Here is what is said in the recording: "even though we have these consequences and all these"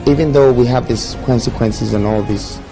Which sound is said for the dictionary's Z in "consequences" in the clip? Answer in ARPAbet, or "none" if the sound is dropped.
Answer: Z